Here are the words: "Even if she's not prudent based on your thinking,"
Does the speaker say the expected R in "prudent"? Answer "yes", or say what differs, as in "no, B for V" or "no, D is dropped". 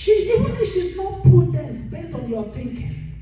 no, R is dropped